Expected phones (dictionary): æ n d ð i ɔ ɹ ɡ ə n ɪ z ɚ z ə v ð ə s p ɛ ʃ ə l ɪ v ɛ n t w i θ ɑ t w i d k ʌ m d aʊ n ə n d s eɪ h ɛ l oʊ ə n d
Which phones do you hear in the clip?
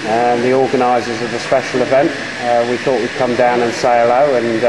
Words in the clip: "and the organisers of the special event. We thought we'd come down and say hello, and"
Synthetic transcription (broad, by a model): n ð i ɔ ɡ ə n ɪ z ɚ z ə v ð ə s p ɛ ʃ ə l ɪ v ɛ n t w i θ ɑ t w i d k ʌ m d aʊ n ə n s eɪ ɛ l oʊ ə n